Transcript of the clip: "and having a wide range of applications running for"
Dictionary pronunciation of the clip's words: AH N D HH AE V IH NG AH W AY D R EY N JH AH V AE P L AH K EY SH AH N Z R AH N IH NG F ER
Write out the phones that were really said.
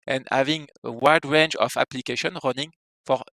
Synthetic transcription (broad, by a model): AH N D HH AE V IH NG AH W AY D R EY N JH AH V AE P L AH K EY SH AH N R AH N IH NG F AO